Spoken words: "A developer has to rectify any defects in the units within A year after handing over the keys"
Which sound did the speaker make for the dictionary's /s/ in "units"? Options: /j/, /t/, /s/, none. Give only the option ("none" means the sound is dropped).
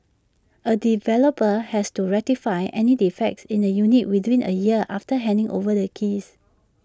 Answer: none